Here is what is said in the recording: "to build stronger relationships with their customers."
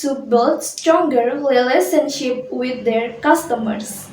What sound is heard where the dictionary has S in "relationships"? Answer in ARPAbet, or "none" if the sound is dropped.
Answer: none